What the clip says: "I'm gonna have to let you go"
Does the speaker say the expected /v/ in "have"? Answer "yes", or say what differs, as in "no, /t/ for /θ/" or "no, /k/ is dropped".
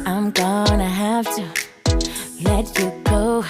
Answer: no, /f/ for /v/